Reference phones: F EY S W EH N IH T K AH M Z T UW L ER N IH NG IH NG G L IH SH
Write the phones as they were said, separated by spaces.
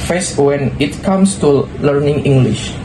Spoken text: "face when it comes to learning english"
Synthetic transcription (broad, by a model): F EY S W EH N IH T K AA M S T UW L ER N IH NG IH NG G L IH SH